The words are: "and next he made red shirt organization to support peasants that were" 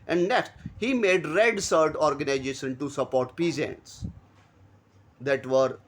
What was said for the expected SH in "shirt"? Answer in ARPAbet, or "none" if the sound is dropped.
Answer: S